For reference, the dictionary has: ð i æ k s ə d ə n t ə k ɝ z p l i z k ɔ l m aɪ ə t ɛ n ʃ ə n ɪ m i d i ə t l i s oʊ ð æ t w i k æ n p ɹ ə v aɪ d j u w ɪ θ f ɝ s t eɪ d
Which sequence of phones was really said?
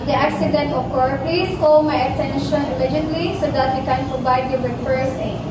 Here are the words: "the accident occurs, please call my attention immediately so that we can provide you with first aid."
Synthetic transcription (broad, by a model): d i æ k s ə d ə n t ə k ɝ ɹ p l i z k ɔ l m aɪ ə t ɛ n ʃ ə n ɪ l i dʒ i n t l i s oʊ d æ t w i k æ n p ɹ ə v aɪ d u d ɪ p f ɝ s eɪ